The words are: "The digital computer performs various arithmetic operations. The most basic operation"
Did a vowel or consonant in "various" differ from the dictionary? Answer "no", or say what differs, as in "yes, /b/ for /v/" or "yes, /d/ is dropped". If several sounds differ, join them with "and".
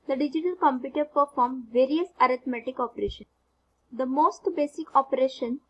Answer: no